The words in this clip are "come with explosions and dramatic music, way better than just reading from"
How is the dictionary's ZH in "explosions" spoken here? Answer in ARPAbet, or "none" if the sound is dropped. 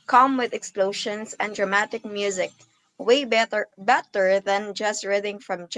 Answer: SH